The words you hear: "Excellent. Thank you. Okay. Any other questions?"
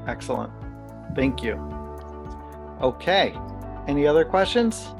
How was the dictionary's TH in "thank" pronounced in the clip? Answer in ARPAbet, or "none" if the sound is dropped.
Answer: TH